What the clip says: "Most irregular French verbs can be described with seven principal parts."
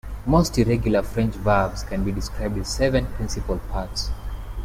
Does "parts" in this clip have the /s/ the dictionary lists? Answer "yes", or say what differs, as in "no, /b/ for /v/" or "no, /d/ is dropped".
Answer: yes